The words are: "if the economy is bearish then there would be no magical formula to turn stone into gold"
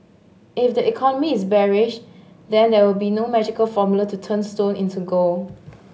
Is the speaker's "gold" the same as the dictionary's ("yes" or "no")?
no